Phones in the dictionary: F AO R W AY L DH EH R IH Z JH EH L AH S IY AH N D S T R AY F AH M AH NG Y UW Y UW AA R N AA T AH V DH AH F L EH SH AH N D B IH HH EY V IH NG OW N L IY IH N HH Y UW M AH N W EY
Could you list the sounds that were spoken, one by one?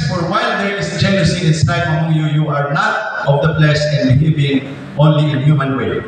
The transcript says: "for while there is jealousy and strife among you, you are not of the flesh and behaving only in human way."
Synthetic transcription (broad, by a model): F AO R W AY L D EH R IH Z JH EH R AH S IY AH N S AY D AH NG Y UW Y UW AA R N AA T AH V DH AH P L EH S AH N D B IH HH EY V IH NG OW N L IY IH N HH Y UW M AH N W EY